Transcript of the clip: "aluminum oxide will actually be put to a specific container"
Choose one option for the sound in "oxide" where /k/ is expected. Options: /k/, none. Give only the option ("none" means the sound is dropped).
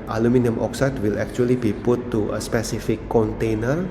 /k/